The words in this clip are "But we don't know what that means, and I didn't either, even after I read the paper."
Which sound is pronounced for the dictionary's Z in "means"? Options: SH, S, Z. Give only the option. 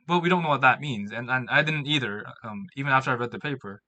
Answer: Z